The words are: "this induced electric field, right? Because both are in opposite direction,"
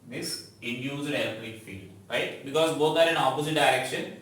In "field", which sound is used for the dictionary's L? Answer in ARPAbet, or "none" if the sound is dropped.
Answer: L